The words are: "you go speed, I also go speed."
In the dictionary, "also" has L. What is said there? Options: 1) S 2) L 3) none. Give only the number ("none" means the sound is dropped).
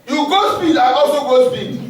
3